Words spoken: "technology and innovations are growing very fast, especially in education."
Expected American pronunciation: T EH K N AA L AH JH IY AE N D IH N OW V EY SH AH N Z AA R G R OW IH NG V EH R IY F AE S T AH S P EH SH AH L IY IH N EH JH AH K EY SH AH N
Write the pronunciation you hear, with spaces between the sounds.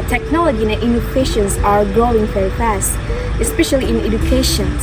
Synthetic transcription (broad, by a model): T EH K N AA L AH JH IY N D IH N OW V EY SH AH N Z AA R G R OW IH NG F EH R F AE S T AH S P EH SH AH L IY IH N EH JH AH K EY SH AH N